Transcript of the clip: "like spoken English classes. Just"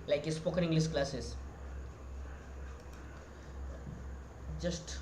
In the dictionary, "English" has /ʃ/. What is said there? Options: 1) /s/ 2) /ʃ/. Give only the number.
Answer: 1